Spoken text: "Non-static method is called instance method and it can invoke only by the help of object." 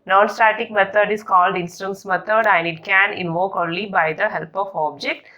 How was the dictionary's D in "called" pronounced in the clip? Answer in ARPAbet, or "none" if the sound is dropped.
D